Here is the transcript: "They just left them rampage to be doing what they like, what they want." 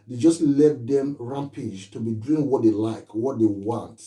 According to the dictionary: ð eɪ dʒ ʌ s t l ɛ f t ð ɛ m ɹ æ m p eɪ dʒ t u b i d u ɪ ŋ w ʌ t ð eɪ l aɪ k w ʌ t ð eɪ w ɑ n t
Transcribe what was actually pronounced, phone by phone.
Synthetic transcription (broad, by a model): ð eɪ dʒ ʌ s t l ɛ t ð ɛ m ɹ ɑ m p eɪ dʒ t u b i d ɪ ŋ w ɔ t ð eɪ l aɪ k w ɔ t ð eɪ w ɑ n t